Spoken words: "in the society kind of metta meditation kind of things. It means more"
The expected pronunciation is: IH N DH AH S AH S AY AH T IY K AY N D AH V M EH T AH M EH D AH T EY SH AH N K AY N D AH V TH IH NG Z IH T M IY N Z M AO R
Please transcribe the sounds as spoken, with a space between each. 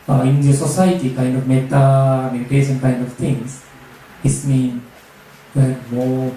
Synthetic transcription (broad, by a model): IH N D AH S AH S AY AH T IY K AY N D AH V M EH T AH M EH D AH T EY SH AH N K AY N D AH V T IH NG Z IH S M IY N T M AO